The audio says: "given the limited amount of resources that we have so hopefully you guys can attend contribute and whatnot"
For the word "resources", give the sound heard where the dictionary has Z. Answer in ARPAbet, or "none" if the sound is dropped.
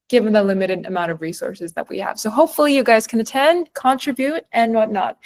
Z